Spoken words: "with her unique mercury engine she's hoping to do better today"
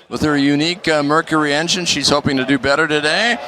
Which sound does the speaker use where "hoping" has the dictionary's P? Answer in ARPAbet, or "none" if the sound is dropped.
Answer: P